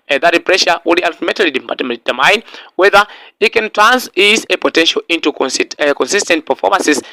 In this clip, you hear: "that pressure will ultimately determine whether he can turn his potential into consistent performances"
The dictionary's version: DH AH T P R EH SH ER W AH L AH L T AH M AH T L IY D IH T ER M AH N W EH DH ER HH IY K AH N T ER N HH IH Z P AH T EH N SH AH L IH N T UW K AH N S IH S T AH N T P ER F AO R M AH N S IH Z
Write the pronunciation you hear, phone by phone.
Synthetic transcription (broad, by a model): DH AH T P R EH SH ER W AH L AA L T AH M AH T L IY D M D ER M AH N W EH DH ER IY K AH N T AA N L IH S P AH T EH N SH AH L IH N T UW K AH N S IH S T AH N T P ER F AO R M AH N S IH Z